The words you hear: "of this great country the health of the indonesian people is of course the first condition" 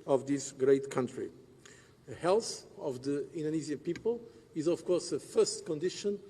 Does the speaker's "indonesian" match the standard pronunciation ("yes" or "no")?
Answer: no